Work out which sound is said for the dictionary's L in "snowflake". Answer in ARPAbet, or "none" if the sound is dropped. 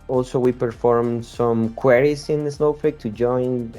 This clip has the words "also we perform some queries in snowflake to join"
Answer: none